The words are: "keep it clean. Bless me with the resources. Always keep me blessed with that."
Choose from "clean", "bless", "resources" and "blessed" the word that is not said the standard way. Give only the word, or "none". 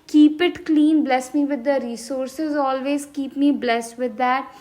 none